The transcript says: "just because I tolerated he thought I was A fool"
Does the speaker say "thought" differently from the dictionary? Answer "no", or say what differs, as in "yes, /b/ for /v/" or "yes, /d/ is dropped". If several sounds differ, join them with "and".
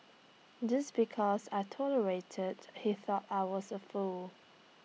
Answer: no